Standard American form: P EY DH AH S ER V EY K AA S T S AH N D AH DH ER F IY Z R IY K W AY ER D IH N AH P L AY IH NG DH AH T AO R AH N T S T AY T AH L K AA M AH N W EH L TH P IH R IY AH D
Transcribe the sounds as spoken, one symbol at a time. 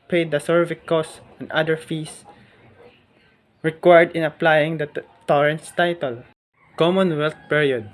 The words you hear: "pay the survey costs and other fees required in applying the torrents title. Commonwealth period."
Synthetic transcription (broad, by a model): P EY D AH S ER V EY K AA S S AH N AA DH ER F IY S R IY K W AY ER D IH N AH P L AY IH NG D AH T AO R AH N T S T AY T AH L K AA M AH N W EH L T P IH R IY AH D